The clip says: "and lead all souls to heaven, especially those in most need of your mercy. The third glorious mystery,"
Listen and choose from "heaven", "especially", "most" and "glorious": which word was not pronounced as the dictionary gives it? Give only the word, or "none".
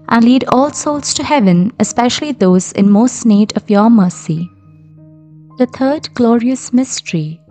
none